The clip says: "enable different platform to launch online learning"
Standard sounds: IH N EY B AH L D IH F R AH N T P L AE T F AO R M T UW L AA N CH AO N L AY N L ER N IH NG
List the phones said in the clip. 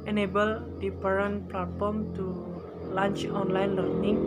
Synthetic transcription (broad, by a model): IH N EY B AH L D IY P R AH N P L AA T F AO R M T UW L AA N CH AO N L AY N L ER N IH NG